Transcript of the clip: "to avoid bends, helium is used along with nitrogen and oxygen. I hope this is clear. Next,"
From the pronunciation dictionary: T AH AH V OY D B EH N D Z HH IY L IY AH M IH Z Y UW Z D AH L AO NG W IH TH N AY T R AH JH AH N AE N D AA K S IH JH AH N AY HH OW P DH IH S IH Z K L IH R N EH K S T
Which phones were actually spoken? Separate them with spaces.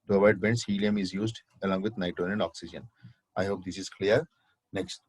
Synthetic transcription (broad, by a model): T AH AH IH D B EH N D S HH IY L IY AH M IH Z Y UW Z D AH L AO NG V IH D N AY T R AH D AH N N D AA K S IH JH AH N AY HH OW P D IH S IH Z K L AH R N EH K S T